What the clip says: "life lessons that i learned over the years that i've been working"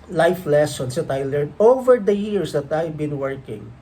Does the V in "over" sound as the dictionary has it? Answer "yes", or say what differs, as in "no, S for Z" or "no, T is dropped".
yes